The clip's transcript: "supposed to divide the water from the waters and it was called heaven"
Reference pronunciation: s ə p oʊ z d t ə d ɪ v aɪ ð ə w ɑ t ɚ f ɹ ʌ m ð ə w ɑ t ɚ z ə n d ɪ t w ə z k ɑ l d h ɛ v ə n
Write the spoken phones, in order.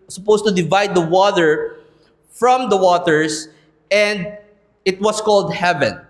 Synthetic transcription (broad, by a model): s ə p oʊ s t ə d ɪ v aɪ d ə w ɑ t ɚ f ɹ ʌ m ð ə w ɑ t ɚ s ə n d ɪ t w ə s k ɑ l d h ɛ v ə n